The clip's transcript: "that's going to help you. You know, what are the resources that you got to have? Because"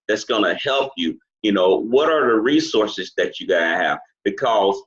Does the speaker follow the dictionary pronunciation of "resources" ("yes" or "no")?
yes